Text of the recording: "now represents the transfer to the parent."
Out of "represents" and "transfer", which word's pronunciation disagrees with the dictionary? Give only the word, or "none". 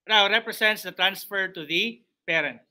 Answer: represents